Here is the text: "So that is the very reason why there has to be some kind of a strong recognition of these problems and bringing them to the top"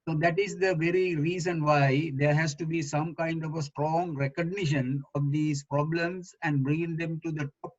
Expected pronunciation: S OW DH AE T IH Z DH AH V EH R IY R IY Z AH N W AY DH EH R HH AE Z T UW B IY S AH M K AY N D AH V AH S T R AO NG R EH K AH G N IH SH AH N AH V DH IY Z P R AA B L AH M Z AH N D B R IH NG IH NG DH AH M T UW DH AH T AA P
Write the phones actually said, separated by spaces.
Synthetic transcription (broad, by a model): S OW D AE T IH Z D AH V EH R IY R IY Z AH N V AY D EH R HH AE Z T UW B IY S AH M K AY N D AH V AH S T R AO NG R EH K AH G N IH SH AH N AH V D IY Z P R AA B L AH M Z AH N D B R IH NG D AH M T UW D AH T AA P